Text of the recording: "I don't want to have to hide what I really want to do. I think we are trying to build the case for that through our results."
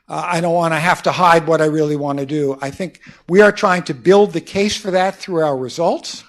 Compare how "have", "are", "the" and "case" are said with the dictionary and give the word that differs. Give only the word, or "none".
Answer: have